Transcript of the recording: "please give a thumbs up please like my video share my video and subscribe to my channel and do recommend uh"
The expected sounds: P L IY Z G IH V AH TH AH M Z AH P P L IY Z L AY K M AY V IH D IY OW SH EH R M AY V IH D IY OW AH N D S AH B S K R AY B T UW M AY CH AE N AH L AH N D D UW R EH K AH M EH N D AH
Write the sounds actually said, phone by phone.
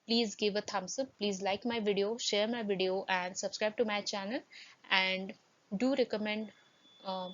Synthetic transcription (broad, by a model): P L IY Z G IH V AH T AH M S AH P P L IY Z L AY K M AY V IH D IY OW SH EH R M AY V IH D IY OW AH N D S AH B S K R AY B T UW M AY CH AE N AH L AH N D D UW R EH K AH M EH N D